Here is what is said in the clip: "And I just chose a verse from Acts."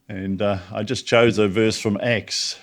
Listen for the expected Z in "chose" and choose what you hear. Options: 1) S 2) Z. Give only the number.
2